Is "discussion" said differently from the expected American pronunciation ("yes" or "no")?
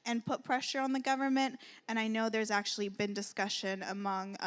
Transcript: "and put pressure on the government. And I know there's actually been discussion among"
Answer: no